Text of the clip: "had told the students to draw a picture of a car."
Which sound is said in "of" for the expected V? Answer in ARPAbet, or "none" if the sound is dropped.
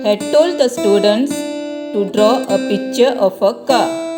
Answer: F